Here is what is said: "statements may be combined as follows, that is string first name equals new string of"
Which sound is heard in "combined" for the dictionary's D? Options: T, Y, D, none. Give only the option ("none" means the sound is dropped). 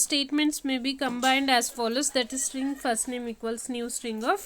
D